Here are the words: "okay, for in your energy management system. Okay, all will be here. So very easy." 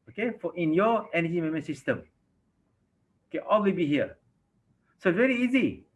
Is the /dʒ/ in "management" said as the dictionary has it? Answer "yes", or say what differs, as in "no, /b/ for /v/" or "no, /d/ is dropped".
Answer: no, /dʒ/ is dropped